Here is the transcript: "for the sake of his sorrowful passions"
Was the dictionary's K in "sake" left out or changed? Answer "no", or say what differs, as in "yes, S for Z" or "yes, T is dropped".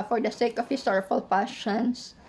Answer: no